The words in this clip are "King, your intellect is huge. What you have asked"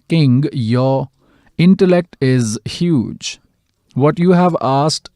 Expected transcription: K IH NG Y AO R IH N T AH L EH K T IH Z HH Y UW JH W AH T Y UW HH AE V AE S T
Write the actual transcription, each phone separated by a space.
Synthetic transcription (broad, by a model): K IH NG Y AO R IH N T AH L EH K T IH Z HH Y UW JH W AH T Y UW HH AE V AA S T